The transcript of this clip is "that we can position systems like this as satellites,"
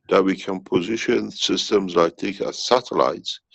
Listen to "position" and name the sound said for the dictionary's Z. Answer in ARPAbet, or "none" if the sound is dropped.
Z